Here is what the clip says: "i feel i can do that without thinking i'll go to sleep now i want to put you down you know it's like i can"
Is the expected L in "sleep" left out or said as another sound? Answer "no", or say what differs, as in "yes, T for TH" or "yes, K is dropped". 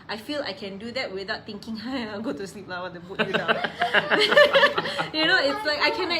no